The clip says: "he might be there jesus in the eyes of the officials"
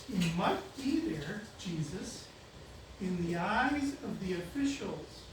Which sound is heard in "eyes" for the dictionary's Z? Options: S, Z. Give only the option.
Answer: Z